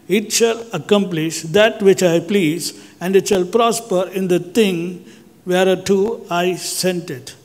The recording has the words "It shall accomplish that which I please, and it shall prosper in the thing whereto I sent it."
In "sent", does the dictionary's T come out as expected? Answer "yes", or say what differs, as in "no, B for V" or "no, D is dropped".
yes